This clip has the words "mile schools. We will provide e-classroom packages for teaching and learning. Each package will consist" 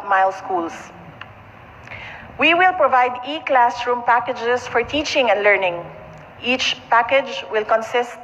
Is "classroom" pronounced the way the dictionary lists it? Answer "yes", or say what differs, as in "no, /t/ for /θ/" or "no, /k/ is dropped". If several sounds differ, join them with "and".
yes